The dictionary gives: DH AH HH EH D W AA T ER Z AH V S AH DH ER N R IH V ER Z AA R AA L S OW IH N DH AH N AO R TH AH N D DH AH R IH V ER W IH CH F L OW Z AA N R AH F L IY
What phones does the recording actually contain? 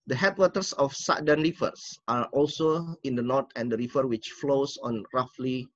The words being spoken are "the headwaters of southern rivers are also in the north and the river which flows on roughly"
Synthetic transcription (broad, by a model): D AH HH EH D W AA T ER S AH F S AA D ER N R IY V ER S AA R AA L S OW IH N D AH N AO R T AH N D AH R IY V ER W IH CH F L OW S AA N R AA F L IY